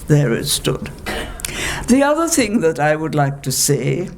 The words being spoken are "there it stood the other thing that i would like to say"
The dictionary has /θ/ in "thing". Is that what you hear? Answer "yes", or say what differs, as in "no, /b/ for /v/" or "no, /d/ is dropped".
yes